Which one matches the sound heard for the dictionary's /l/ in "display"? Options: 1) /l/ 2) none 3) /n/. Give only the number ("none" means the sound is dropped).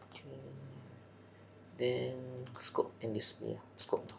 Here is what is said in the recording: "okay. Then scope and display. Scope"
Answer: 2